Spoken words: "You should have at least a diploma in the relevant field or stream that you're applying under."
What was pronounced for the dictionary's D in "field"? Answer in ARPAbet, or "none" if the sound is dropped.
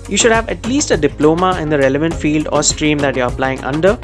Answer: D